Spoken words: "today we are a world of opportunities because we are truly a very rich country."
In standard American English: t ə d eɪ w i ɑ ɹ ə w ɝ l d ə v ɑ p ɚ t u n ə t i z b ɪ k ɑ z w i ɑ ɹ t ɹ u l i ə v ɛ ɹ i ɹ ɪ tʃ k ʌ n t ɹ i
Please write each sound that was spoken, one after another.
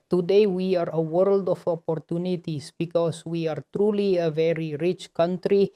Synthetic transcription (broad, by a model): t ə d eɪ w i ɑ ɹ ə w ɝ l d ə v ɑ p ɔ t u n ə t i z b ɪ k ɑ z w i ɑ ɹ t ɹ u l i ə v ɛ ɹ i ɹ ɪ tʃ k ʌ n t ɹ i